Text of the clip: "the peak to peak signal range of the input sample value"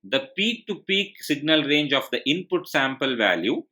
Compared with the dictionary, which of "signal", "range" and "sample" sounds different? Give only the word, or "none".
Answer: none